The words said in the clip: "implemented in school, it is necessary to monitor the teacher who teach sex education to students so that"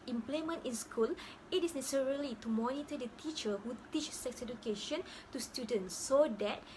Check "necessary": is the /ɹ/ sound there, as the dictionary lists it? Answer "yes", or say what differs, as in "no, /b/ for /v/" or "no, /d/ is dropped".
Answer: no, /l/ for /ɹ/